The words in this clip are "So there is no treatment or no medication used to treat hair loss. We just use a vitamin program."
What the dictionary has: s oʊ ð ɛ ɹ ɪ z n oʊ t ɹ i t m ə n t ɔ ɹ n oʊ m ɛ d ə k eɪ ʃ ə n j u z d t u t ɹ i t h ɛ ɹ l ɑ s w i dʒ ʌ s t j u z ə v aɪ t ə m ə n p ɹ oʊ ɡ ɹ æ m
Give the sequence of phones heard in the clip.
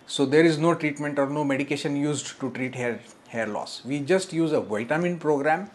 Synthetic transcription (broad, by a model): s oʊ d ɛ ɹ ɪ z n oʊ t ɹ i t m ə n t ɔ ɹ n oʊ m ɛ d ə k eɪ ʃ ə n j u z d t u t ɹ i t h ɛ ɹ l ɑ s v i dʒ ʌ s t j u z ə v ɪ t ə m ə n p ɹ oʊ ɡ ɹ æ m